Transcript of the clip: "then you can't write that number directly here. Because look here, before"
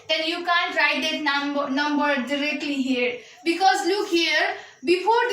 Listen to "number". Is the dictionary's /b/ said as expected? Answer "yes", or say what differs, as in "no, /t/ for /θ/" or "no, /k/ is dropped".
yes